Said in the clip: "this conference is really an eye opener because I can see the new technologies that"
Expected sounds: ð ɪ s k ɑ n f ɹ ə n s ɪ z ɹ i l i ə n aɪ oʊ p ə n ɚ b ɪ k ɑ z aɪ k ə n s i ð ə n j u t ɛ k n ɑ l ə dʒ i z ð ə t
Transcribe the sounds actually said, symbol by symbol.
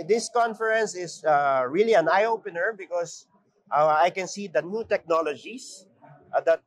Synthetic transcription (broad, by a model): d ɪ s k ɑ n f ɹ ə n s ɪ s ɹ i l i ə n aɪ oʊ p ə n ɚ b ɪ k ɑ s aɪ k ə n s i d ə n j u t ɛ k n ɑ l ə dʒ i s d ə t